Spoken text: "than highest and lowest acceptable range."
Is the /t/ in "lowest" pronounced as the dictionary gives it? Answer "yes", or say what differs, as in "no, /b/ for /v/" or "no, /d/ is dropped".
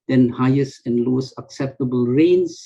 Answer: no, /t/ is dropped